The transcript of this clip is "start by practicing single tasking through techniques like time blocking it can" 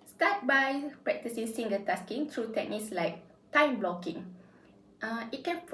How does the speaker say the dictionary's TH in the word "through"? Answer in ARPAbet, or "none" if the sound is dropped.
T